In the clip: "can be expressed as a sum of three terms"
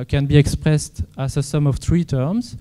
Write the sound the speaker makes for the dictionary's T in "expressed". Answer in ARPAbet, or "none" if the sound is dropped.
T